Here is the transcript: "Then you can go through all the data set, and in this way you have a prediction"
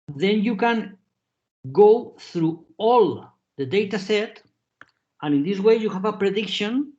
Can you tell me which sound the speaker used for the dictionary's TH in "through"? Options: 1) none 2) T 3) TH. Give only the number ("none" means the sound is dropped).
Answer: 3